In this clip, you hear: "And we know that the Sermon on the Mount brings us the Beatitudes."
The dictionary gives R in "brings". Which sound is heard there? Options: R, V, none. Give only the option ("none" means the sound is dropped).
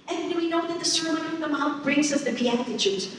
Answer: R